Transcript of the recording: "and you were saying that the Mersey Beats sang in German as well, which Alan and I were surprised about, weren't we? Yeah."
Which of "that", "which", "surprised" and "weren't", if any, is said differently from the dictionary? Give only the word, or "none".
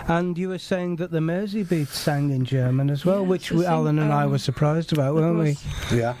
none